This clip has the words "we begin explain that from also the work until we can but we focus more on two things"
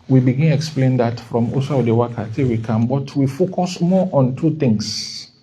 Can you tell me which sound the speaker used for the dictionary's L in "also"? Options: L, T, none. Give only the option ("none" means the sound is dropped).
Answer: none